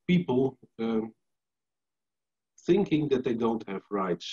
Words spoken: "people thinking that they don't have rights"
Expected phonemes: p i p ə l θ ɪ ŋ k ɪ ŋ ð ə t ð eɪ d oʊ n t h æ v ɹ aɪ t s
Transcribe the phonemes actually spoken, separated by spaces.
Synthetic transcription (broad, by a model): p i p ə θ ɪ ŋ k ɪ ŋ ð ə t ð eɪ d oʊ n t h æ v ɹ aɪ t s